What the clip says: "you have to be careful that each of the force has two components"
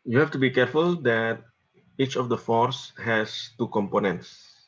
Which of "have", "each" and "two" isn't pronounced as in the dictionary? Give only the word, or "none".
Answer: have